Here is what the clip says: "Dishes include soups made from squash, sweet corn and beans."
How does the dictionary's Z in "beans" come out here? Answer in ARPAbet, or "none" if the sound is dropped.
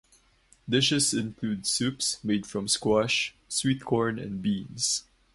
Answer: S